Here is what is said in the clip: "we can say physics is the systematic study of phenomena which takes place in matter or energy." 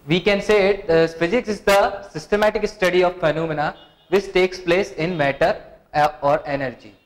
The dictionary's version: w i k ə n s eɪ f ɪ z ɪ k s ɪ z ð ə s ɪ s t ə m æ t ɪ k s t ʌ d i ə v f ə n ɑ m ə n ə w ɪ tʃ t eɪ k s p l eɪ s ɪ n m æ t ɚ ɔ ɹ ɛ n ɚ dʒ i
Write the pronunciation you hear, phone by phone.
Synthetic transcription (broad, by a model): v i k ə n s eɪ f ɪ z ɪ k s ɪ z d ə s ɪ s t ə m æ t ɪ k s t ʌ d i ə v f ə n ɑ m ə n ə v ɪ tʃ t eɪ k s p l eɪ s ɪ n m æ t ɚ ɔ ɹ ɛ n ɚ dʒ i